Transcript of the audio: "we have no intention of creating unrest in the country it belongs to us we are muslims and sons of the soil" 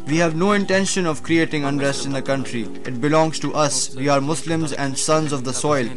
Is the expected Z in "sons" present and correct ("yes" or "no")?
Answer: yes